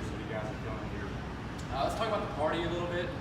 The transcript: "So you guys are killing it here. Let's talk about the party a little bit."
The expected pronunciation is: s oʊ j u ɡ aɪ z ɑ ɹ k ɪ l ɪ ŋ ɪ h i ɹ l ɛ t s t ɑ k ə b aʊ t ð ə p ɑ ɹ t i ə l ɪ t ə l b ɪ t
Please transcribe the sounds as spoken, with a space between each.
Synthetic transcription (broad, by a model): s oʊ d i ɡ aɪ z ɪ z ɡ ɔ ɪ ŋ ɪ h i ɹ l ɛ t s t ɑ k ə b aʊ t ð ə p ɑ ɹ t i ə l ɪ t l b ɪ t